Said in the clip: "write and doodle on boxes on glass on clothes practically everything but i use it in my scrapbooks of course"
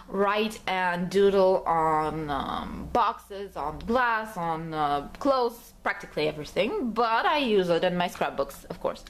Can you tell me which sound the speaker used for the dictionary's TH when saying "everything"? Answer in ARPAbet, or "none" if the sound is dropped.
TH